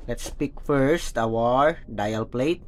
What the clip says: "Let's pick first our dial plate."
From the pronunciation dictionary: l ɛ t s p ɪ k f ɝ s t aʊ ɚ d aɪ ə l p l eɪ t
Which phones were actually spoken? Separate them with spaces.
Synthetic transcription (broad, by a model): l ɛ t s p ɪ k f ɝ s t aʊ ɚ d aɪ ə l p l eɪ t